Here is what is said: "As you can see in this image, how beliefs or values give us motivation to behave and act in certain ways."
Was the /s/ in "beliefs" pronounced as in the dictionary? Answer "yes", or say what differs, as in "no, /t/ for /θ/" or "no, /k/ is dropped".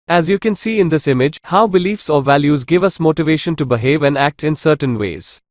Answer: yes